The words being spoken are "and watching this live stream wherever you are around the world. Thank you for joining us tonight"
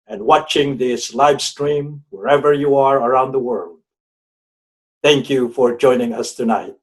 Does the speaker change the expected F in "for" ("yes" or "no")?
no